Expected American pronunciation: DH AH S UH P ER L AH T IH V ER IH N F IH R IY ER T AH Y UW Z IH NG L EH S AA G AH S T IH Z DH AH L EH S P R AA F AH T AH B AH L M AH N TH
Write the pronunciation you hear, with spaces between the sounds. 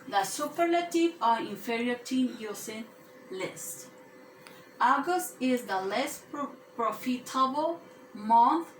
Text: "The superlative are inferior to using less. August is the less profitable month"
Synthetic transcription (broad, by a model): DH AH S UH P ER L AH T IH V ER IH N F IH R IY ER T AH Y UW S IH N L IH S AA G AH S T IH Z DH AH L EH S P R AA F AH T AH B AH L M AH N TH